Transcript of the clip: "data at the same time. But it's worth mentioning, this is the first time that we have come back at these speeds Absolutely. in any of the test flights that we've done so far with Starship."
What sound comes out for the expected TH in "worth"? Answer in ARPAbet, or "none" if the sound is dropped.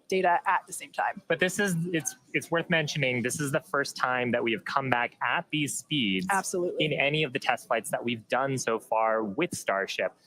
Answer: TH